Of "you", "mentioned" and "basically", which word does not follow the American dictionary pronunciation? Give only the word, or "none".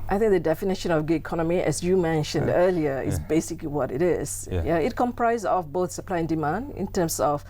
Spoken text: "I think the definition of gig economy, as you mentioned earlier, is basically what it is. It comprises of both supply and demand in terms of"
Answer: none